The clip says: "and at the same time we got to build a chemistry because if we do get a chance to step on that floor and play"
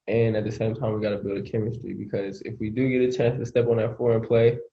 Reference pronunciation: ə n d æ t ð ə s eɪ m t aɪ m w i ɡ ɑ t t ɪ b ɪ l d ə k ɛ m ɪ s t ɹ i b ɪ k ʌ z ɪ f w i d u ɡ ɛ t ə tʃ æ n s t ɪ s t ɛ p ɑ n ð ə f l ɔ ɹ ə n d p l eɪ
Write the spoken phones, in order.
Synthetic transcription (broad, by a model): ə n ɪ t ð ə s eɪ m t aɪ m w i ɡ ɑ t t ɪ b ɪ l d ə k ɛ m ɪ s t ɹ i b ɪ k ʌ z ɪ f w i d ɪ ɡ ɛ t ə tʃ æ n s t ɪ s t ɛ p n ð ə f ɔ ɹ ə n p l eɪ